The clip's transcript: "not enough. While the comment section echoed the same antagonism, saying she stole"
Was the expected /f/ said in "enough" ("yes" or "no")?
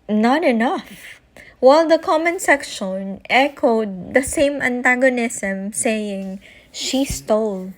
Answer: yes